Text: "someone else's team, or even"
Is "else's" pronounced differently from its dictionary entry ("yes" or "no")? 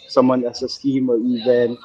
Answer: yes